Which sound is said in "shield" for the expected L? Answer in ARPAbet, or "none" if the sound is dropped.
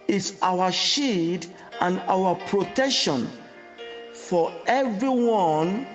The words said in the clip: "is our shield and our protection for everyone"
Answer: none